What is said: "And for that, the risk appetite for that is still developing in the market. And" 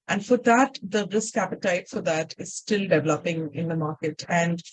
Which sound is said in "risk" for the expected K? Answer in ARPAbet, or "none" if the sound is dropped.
K